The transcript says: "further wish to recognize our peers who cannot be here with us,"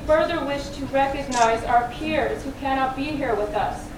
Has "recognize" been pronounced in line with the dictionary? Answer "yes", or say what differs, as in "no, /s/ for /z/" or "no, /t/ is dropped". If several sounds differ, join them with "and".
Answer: yes